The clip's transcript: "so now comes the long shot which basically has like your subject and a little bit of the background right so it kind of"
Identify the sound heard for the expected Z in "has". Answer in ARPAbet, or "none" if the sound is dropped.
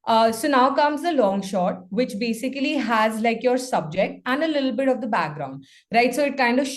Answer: Z